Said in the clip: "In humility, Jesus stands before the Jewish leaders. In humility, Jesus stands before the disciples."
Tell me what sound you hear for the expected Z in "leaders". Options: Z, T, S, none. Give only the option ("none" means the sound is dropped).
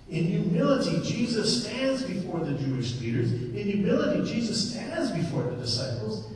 Z